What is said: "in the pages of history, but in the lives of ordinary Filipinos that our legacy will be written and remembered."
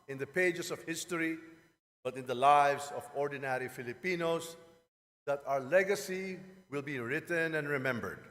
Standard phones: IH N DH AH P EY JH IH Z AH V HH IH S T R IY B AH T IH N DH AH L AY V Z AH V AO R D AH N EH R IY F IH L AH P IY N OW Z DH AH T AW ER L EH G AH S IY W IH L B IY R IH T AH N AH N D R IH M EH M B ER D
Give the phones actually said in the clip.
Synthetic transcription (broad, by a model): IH N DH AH P EY JH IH S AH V HH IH S T R IY B AH T IH N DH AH L AY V S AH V AO R D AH N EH R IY F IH L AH P IY N OW S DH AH T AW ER L EH G AH S IY W IH L B IY R IH T AH N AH N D R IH M EH M B ER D